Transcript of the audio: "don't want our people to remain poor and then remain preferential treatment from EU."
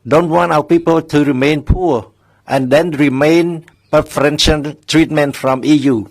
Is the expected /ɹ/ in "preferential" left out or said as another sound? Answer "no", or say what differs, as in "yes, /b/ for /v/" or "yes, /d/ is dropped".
yes, /ɹ/ is dropped